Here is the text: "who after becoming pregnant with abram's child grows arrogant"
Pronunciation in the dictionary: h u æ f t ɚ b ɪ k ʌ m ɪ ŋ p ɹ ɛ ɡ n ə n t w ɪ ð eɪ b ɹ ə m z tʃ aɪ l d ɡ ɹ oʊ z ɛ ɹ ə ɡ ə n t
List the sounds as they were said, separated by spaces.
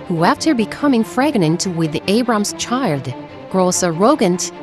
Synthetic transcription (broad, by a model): h u æ f t ɚ b ɪ k ʌ m ɪ ŋ f ɹ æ ɡ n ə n t w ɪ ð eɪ b ɹ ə m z tʃ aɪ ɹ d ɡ ɹ oʊ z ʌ ɹ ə ɡ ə n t